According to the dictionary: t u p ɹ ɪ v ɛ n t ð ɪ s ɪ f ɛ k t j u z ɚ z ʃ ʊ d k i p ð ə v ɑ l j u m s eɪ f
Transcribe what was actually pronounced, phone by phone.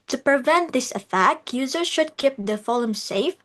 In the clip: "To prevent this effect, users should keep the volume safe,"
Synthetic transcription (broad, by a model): t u p ɹ ɪ v ɛ n t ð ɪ s ɪ f ɛ k t j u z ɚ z ʃ ʊ d k i p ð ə f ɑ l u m s eɪ f